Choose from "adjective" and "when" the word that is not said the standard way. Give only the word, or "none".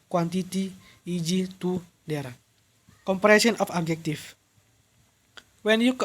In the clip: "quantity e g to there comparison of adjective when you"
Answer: adjective